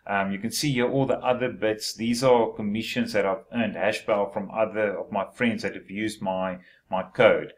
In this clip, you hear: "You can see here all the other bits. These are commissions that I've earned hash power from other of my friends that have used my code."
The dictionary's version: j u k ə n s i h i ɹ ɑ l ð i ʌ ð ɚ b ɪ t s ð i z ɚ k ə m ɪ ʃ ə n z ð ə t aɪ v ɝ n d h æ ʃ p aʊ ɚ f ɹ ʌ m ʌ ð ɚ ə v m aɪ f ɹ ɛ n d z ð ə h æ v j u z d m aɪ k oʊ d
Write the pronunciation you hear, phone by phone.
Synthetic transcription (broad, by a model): j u k ə n s i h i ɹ ɑ l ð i ʌ ð ɚ b ɪ t s ð i z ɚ k ə m ɪ ʃ ə n z ð ə t aɪ v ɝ n d h æ ʃ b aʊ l f ɹ ʌ m ʌ ð ɚ ə v m aɪ f ɹ ɛ n d z ð ə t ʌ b j u z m m aɪ k oʊ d